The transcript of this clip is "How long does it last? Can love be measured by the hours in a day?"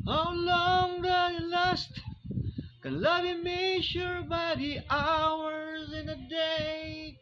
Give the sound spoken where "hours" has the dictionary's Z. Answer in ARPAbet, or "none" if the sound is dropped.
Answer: Z